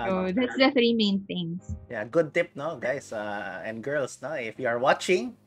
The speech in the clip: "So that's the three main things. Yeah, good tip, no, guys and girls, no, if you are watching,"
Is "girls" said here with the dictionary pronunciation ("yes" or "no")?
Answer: no